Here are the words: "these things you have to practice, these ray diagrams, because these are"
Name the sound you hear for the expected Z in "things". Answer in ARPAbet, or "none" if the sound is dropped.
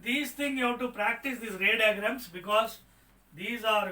none